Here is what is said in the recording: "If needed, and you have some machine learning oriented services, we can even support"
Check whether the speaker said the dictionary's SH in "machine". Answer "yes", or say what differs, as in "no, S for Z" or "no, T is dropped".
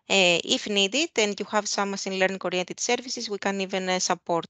no, S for SH